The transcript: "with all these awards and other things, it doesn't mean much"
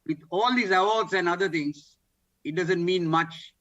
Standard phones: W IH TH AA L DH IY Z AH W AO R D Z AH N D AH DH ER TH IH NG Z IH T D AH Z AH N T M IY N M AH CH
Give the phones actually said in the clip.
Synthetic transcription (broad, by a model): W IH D AA L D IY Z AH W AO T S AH N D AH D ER T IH NG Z IH T D AH Z AH N T M IY N M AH CH